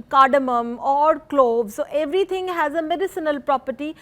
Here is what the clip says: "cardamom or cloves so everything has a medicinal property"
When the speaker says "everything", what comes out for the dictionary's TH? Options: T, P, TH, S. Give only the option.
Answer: T